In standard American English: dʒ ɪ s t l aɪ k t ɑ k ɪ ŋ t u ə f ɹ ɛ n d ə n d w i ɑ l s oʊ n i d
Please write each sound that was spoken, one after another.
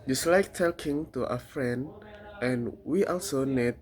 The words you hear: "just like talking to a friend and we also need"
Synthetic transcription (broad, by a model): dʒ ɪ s l aɪ k t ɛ k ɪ ŋ t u ə f ɹ ɛ n d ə n w i ɑ l s oʊ n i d